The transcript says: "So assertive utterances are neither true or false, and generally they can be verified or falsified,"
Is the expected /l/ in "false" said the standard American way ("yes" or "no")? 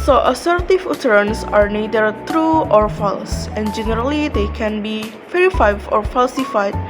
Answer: yes